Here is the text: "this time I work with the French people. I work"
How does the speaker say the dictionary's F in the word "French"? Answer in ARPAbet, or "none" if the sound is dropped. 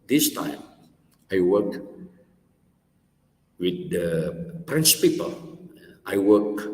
P